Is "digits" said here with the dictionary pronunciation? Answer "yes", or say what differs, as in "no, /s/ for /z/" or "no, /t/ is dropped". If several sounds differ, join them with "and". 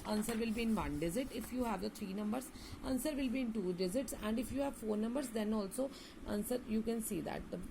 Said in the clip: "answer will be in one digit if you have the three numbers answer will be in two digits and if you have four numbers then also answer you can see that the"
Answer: no, /z/ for /dʒ/